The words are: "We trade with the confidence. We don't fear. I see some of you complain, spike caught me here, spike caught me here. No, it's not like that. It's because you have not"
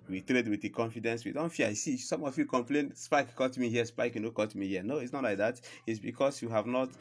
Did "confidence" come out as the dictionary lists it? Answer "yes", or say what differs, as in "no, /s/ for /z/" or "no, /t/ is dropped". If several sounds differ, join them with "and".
yes